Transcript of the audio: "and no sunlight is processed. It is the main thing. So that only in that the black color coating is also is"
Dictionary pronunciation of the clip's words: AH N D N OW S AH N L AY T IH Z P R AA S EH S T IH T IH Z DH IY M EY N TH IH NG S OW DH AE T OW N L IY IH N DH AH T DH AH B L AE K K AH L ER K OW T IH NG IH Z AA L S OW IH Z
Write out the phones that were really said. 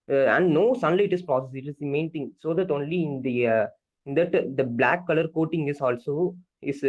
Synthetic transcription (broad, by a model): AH N D N OW S AH N L AY T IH S P R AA S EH S IH T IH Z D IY M EY N T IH NG S OW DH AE T OW N L IY IH N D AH T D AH B L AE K K AH L ER K OW T IH NG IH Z AA L S OW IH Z